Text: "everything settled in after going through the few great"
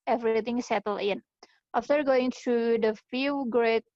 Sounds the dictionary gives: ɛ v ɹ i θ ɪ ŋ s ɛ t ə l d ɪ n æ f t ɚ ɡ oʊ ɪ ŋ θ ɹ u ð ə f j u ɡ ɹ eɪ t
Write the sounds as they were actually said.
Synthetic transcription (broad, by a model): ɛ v ɹ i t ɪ ŋ s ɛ t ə l ɪ n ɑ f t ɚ ɡ oʊ ɪ ŋ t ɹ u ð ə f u ɡ ɹ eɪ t